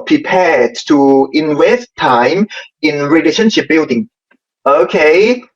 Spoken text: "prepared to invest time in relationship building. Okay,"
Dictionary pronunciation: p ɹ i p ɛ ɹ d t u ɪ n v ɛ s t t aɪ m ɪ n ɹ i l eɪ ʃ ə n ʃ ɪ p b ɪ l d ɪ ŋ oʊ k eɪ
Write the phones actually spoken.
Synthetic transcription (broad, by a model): p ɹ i p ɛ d t u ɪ n w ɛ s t t aɪ m ɪ n ɹ i l eɪ ʃ ə n ʃ ɪ p b ɪ l d ɪ ŋ oʊ k eɪ